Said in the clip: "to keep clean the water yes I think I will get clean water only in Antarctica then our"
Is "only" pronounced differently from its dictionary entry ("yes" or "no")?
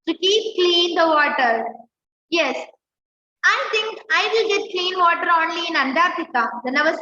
no